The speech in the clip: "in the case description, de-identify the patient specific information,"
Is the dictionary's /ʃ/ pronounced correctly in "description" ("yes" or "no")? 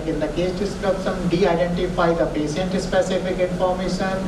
no